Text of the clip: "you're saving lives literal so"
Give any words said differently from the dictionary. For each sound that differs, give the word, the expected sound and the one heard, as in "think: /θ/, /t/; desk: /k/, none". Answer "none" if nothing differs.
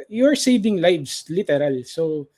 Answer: lives: /z/, /s/